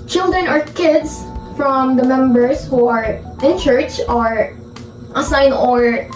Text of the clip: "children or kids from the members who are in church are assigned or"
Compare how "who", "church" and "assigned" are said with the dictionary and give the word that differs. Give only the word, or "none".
assigned